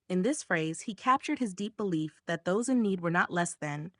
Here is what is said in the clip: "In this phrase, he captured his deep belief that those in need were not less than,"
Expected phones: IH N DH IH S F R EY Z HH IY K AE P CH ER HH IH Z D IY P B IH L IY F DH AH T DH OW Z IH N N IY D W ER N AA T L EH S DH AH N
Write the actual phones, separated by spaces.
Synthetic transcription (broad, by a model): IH N DH IH S F R EY Z HH IY K AE P CH ER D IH Z D IY P B IH L IY F DH AH T DH OW Z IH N N IY D W ER N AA T L EH S DH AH N